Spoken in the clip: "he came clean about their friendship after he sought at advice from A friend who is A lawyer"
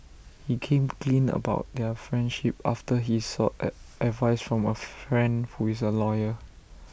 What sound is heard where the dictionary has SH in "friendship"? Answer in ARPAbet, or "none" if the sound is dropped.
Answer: SH